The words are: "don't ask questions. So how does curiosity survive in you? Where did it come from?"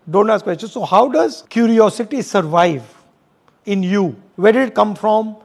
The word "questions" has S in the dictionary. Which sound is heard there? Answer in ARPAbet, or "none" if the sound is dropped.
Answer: none